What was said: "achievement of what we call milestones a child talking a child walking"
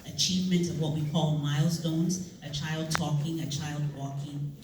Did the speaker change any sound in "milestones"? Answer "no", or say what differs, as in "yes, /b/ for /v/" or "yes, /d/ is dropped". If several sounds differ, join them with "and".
no